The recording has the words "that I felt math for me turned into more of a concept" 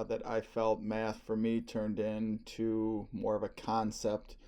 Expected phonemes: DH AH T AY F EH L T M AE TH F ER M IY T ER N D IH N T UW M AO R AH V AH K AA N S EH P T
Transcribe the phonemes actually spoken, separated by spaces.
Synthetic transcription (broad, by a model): DH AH T AY F EH L T M AE TH F ER M IY T ER N D IH N T UW M AO R AH V AH K AA N S EH P T